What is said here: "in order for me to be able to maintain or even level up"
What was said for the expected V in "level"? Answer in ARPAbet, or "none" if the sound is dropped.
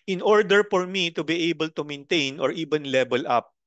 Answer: B